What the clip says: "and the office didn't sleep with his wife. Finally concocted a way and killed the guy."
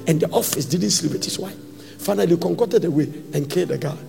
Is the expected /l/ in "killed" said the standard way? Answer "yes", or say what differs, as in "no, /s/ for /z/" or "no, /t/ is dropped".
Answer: no, /l/ is dropped